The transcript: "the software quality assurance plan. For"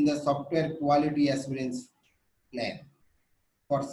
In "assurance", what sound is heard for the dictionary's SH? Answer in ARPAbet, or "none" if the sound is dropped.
S